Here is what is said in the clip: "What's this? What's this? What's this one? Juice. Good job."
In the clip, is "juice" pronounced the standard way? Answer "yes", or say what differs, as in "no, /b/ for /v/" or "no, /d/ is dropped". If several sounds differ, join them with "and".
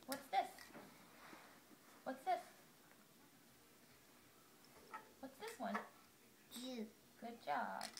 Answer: no, /s/ is dropped